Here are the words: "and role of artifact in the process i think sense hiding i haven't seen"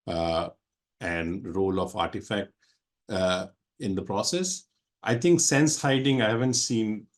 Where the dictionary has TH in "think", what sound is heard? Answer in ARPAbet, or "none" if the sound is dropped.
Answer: T